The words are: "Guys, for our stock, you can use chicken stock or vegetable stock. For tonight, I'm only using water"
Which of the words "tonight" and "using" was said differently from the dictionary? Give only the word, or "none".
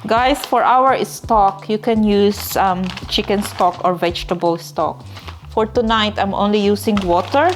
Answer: using